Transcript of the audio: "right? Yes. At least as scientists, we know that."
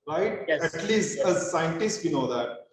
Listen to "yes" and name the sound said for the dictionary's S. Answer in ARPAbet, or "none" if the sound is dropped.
none